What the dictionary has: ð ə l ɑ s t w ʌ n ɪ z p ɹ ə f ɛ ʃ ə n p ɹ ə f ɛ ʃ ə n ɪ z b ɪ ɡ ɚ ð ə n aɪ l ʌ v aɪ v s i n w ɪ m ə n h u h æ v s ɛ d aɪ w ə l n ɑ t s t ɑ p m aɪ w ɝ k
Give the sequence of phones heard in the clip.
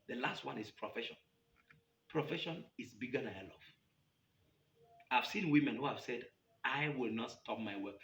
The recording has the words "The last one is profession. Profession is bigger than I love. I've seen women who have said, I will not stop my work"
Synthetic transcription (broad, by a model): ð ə l ɑ s t w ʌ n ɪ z p ɹ ə f ɛ ʃ ə n p ɹ ə f ɛ ʃ ə n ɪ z b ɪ ɡ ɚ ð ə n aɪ l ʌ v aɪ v s i n w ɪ m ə n h u h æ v s ɛ d aɪ w ə l n ɑ t s t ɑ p m aɪ w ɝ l